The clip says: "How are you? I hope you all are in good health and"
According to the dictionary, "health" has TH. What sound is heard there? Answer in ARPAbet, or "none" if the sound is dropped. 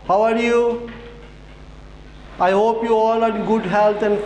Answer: T